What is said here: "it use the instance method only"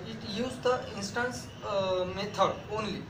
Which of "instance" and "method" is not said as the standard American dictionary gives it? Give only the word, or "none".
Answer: method